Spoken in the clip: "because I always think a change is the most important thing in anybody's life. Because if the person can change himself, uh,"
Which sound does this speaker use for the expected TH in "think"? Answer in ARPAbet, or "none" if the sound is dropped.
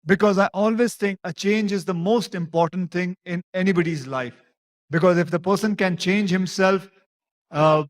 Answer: T